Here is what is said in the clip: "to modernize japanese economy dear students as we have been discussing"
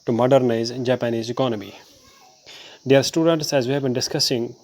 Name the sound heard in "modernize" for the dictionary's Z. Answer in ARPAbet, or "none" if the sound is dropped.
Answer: Z